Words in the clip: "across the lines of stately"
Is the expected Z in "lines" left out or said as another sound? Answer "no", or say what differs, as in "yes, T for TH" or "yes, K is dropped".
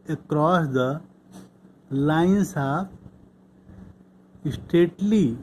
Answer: yes, S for Z